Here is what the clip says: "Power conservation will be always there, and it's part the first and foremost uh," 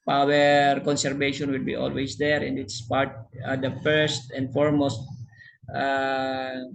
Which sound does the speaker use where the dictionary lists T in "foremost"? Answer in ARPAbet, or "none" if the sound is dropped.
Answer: T